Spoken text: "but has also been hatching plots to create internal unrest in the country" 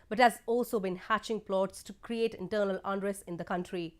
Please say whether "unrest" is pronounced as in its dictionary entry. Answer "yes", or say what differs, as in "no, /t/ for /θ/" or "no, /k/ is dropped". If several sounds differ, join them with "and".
no, /t/ is dropped